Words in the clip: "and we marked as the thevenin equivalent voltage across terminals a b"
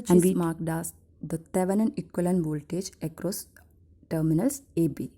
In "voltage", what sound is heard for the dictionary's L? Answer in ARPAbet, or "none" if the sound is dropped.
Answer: L